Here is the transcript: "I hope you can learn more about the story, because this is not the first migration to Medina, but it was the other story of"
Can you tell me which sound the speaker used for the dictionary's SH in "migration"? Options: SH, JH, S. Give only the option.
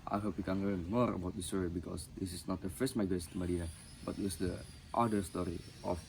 S